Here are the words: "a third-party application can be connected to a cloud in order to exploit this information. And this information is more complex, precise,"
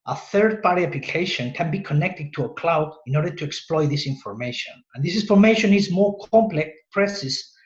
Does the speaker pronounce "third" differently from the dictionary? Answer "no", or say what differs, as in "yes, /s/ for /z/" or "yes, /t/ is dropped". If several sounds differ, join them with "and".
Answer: no